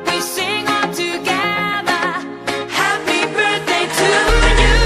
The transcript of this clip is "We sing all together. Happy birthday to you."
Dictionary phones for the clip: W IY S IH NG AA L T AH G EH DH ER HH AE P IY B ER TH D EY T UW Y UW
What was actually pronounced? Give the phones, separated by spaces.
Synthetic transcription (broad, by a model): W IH S IH NG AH N T AH G EH DH ER HH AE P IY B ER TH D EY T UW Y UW